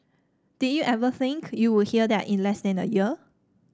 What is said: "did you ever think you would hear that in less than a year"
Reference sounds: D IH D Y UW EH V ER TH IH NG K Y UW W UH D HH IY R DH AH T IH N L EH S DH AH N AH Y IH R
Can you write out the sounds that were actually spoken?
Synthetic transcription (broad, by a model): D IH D Y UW EH V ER TH IH NG K Y UW W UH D HH IY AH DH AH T IH N L EH S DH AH N AH Y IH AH